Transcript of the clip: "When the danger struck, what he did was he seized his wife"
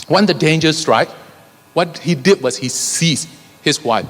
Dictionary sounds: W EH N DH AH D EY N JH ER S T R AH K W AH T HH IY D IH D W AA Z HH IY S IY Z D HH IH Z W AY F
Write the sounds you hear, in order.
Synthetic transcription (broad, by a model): W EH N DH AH D EY N JH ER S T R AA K W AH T HH IY D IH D W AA S HH IY S IY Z HH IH S W AY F